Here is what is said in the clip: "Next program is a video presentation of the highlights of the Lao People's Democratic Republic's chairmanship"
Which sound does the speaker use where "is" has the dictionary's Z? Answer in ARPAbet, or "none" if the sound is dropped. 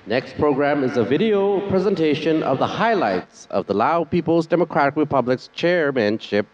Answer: Z